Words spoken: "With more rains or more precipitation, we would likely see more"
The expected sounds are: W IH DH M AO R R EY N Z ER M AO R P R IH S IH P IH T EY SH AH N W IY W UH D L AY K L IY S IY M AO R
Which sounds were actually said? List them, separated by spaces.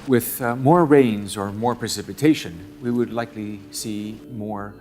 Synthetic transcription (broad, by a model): W IH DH M AO R R EY N Z ER M AO R P R IH S IH P IH T EY SH AH N W IY W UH D L AY K L IY S IY M AO R